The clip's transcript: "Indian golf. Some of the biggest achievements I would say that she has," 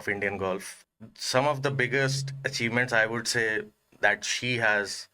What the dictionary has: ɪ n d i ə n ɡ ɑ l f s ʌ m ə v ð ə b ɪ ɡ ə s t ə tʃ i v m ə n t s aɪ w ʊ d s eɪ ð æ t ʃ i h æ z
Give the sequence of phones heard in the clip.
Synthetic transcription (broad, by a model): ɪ n d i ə n ɡ ɑ l f s ʌ m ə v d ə b ɪ ɡ ə s t ə tʃ i v m ə n t s aɪ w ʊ d s eɪ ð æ t ʃ i h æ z